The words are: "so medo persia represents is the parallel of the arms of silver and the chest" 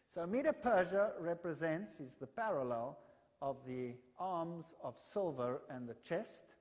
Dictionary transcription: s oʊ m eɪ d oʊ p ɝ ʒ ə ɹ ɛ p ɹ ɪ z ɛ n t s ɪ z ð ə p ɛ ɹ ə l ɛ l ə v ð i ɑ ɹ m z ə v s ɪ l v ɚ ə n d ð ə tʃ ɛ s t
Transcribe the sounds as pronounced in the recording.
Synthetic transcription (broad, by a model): s oʊ m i d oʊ p ɝ ʒ ə ɹ ɛ p ɹ ɪ z ɛ n t s ɪ z ð ə p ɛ ɹ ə l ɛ l ə v ð i ɑ ɹ m z ə v s ɪ l v ɚ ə n ð ə tʃ ɛ s t